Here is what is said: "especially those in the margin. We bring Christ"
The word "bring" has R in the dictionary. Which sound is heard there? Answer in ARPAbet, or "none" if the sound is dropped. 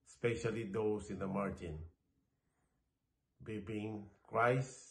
none